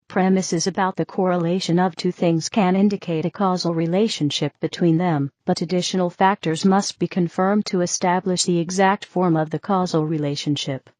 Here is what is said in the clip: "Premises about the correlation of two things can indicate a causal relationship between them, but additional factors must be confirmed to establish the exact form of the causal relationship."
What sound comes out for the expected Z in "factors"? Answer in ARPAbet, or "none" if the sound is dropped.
Z